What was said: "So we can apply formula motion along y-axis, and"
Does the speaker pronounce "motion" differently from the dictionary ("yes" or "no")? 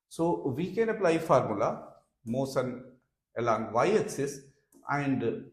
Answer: yes